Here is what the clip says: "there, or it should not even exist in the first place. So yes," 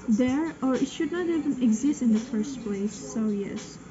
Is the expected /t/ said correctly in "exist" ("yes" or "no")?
yes